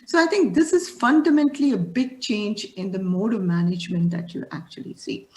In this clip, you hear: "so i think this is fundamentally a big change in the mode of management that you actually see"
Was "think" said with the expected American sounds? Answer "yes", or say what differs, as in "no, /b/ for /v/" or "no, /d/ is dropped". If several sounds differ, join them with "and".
no, /t/ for /θ/